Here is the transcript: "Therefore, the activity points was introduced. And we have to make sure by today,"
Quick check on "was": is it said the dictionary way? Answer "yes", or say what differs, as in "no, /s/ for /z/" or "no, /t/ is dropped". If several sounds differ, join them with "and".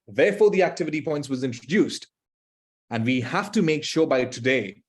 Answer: yes